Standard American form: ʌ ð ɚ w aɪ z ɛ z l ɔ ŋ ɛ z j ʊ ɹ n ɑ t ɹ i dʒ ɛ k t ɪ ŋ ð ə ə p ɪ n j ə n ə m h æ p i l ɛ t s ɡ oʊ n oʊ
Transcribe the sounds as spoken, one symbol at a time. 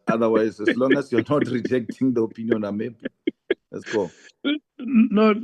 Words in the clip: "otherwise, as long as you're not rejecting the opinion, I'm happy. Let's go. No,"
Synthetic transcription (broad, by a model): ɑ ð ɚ w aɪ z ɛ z l ɔ ŋ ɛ s j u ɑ n ɑ t ɹ i dʒ ɛ k t ɪ ŋ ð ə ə p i n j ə n ə m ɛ b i l ɛ t s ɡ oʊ n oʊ